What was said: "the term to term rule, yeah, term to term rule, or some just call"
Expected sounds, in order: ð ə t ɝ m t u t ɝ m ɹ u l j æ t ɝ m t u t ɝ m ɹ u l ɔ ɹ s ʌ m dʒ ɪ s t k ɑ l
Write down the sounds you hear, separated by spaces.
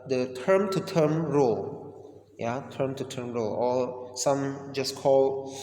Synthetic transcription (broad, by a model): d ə t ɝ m t u t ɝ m ɹ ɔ l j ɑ t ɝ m t u t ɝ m ɹ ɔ l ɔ l s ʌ m dʒ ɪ s k ɑ l